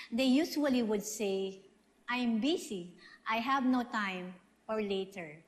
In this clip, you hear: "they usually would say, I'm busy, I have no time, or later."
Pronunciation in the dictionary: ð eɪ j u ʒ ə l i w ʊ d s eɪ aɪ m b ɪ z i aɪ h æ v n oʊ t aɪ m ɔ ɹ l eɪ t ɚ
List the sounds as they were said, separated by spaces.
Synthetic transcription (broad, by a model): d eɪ j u s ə l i w ʊ d s eɪ aɪ m b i s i aɪ h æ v n oʊ t aɪ m ɔ ɹ l eɪ t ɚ